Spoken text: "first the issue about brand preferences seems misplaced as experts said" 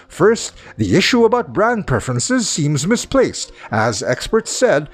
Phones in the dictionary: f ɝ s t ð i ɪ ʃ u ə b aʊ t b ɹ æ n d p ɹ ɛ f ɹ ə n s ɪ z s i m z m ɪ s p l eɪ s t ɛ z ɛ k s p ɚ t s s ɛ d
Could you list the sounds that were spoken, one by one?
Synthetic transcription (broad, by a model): f ɝ s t ð i ɪ ʃ u ə b aʊ t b ɹ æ n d p ɹ ɛ f ɹ ə n s ɪ z s i m z m ɪ s p l eɪ s t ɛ z ɛ k s p ɚ t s s ɛ d